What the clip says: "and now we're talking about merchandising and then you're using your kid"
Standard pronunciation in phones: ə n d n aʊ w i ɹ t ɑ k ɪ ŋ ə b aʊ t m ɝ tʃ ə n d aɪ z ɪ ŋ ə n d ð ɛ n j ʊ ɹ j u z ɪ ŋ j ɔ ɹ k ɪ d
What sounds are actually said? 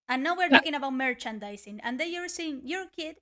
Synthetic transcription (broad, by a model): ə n n aʊ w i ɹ t ɑ k ɪ ŋ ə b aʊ t m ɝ tʃ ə n d aɪ s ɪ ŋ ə n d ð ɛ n j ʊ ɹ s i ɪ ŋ j ɔ ɹ k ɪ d